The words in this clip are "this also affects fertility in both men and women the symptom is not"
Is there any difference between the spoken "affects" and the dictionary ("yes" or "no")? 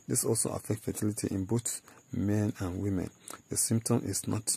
yes